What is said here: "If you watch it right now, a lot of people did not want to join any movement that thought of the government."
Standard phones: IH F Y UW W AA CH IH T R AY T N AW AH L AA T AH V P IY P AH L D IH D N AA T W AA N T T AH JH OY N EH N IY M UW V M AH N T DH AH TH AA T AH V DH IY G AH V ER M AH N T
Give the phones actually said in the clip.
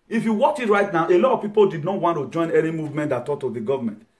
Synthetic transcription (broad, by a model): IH F Y UW W AA CH IH T R AY T N AW AH L AA T AH V P IY P AH L D IH D N AA T W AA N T T AH JH OY N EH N IY M UW V M AH N T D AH T AA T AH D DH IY G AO V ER M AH N T